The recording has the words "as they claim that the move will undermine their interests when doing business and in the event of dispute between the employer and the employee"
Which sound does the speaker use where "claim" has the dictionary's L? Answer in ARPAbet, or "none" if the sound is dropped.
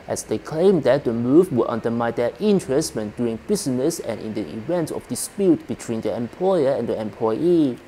L